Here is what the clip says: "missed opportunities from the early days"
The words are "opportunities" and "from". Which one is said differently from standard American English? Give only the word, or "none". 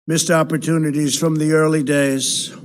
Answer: none